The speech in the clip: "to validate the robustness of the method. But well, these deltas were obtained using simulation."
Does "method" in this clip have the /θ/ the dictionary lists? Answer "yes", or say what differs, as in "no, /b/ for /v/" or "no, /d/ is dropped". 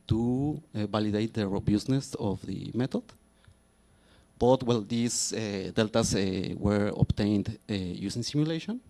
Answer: no, /t/ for /θ/